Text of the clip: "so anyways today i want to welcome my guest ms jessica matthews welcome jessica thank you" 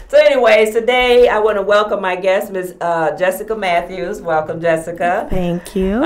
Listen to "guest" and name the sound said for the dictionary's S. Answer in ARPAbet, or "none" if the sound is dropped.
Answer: S